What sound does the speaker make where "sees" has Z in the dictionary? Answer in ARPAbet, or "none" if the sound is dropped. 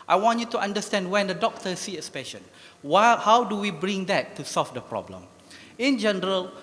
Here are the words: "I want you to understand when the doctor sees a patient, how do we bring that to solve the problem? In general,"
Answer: none